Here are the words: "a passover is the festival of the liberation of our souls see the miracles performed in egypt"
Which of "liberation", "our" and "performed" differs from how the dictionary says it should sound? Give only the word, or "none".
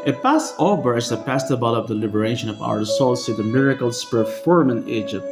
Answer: performed